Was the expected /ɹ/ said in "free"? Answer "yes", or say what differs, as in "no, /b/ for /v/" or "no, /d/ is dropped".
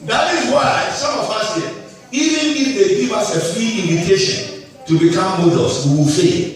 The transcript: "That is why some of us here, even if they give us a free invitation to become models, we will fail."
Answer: yes